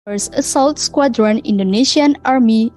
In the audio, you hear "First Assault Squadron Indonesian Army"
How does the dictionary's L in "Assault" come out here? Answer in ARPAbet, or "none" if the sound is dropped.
L